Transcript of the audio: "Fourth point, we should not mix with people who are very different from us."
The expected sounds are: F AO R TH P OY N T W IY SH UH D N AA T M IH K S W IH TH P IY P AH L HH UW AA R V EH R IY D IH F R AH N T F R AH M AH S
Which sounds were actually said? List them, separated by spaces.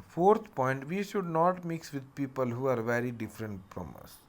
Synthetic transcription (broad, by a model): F AO R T P OY N T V IY SH UH D N AA T M IH K S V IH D P IY P AH L HH UW AA R V EH R IY D IH F R AH N T P R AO M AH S